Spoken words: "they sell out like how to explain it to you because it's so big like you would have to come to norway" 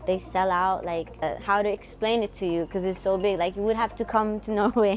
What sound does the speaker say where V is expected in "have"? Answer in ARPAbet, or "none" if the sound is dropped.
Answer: F